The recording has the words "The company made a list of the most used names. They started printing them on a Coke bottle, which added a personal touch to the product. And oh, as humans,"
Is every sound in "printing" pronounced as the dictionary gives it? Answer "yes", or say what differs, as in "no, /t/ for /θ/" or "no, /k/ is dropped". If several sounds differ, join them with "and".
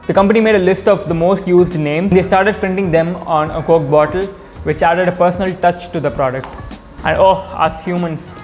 yes